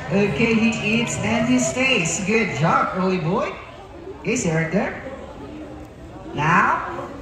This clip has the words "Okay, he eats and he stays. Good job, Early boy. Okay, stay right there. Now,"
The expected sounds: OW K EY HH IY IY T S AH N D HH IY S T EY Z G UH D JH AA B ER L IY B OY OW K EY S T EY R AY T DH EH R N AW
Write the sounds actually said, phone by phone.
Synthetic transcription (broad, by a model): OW K EY HH IY IY T S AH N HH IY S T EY S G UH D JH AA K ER L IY B OY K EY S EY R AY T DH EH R N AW